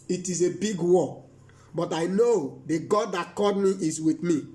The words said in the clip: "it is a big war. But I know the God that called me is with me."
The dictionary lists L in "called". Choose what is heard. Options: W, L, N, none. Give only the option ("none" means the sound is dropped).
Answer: none